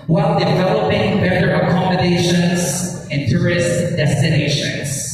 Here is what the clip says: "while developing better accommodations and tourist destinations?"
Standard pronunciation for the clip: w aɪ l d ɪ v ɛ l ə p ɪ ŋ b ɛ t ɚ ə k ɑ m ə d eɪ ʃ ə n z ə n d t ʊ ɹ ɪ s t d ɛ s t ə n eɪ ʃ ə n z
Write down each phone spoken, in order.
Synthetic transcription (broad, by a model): w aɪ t d ɪ v ɛ l ə p ɪ ŋ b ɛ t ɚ ə k ɑ m ə d eɪ ʃ ə n z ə n t ʊ ɹ ɪ s t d ɛ s t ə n eɪ ʃ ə n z